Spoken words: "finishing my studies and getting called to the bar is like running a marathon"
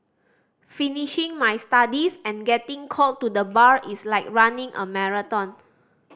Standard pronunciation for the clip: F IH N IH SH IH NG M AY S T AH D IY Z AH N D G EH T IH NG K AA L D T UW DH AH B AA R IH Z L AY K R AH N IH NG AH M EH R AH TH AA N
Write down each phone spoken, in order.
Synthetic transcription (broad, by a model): F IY N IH SH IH NG M AY S T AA D IY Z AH N G EH T IH NG K AA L T UW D AH B AA R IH S L AY K R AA N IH NG AH M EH R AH T AA N